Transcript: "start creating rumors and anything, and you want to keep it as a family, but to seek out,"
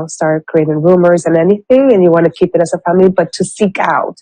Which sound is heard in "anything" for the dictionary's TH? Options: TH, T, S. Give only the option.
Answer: TH